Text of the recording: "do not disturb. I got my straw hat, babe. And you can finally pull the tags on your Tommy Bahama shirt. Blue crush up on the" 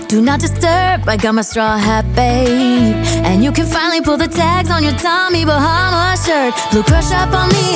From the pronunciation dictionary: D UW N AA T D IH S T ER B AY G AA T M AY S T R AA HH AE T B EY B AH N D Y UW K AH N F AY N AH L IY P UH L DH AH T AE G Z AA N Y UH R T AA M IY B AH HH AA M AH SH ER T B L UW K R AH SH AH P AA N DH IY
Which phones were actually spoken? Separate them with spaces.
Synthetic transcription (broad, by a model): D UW N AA T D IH S T ER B AY G AA T M AY S T R AA HH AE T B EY AH N Y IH K AH N F AY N L IY P UH L DH AH T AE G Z N Y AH R T AA M IY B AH HH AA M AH SH ER T B L UW K R AH SH AH P N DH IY